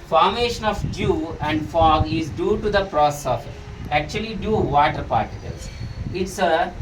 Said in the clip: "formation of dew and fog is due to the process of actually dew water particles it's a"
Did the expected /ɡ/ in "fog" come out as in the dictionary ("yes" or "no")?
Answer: yes